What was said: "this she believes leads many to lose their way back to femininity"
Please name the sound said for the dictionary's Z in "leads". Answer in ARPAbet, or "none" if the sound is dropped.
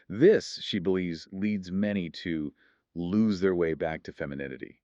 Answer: Z